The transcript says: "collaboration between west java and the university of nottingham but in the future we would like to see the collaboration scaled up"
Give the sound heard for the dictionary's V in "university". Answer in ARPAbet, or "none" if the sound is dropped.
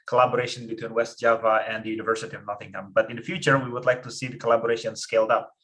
V